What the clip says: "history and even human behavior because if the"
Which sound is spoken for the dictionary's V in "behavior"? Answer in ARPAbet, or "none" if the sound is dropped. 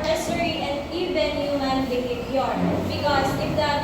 P